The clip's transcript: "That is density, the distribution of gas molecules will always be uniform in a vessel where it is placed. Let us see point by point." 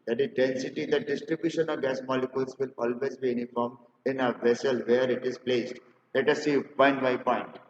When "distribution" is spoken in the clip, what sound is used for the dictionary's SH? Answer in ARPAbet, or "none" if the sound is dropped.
SH